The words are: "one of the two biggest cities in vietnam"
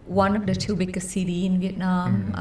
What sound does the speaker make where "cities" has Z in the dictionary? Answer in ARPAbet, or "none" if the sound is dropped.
none